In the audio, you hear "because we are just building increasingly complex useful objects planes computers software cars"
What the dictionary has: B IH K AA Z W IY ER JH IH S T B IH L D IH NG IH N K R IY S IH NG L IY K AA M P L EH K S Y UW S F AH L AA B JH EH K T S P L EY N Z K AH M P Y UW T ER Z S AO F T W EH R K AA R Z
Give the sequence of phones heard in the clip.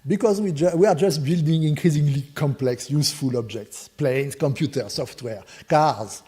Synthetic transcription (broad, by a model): B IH K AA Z W IY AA JH IH S T B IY L D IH NG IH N K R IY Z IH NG L IY K AA M P L EH K S Y UW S F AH L AA B JH EH K T S P L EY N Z K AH M P Y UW T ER S AO F T W EH R K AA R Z